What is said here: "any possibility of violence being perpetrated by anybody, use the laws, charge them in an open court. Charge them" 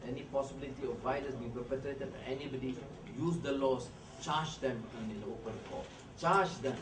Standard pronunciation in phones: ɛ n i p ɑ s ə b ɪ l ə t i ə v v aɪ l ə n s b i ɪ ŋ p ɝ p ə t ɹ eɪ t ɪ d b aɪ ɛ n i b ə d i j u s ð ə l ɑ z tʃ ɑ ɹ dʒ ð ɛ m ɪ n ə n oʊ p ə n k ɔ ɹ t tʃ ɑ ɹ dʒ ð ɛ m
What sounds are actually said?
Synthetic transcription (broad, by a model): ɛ n i p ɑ s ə b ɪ l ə t i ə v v aɪ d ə s b i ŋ p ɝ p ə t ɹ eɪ t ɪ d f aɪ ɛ n i b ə d i j u s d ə l ɑ s tʃ ɑ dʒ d ɛ m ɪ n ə oʊ p ə n k ɔ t tʃ ɑ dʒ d ɛ m